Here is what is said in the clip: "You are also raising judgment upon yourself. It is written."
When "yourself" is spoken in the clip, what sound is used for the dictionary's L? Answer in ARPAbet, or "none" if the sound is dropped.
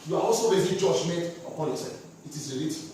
none